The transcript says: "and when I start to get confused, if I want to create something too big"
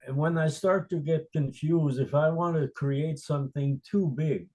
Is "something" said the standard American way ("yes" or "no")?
yes